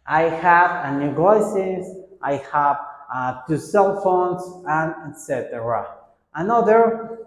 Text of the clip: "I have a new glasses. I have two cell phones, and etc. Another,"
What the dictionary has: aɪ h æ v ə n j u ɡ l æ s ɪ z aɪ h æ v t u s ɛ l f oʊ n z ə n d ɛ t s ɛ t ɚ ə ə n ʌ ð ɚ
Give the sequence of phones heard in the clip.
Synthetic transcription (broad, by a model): aɪ h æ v ə n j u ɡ ɔ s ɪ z aɪ h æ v t u s ɛ l f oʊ n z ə n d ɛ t s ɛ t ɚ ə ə n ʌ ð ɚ